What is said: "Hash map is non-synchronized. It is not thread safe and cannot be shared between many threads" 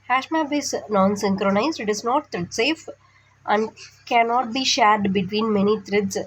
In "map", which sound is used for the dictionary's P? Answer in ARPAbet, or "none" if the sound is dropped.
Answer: B